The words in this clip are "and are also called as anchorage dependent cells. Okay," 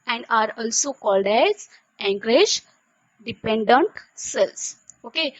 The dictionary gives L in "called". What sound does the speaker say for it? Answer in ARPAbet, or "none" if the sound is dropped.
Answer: L